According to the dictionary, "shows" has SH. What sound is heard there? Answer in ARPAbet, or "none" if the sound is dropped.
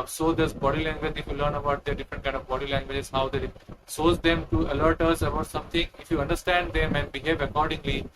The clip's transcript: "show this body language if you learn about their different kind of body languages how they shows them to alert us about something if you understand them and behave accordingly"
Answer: S